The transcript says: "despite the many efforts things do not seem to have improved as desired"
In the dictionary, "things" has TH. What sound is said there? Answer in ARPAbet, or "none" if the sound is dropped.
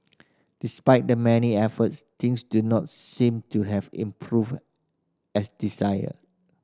T